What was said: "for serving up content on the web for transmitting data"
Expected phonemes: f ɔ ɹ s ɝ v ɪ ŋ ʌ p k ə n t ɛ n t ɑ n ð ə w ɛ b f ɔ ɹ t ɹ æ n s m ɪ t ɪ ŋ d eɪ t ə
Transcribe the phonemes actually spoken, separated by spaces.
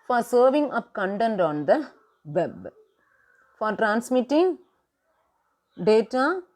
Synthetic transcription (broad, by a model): f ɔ ɹ s ɝ v ɪ ŋ ʌ p k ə n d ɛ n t ɑ n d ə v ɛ b f ɔ ɹ t ɹ æ n s m ɪ t ɪ ŋ d eɪ t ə